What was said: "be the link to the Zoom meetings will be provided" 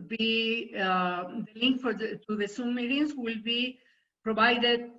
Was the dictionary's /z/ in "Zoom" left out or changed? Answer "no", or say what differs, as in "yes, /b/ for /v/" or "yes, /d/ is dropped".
yes, /s/ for /z/